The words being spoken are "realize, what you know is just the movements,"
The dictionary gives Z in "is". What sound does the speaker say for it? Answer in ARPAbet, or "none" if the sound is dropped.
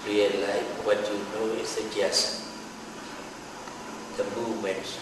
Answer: S